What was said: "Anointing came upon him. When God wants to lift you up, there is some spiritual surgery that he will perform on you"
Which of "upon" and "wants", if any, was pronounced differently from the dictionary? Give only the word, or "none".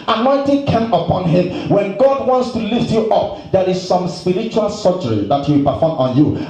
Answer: none